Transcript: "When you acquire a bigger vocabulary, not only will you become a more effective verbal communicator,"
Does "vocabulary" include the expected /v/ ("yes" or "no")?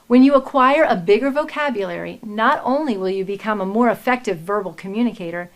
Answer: yes